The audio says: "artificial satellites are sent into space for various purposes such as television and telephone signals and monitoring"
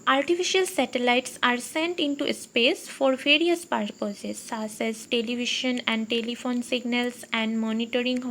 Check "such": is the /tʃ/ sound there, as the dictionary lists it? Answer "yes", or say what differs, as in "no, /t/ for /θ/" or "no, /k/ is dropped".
no, /tʃ/ is dropped